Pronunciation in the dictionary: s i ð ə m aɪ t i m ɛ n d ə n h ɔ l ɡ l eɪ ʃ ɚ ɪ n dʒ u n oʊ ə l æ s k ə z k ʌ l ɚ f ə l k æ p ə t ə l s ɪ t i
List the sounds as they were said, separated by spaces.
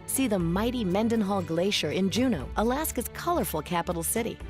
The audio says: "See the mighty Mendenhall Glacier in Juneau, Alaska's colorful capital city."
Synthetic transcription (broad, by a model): s i ð ə m aɪ t i m ɛ n d ə n h ɔ l ɡ l eɪ ʃ ɚ ɪ n dʒ u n oʊ ə l æ s k ə z k ʌ l ɚ f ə l k æ p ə t l s ɪ t i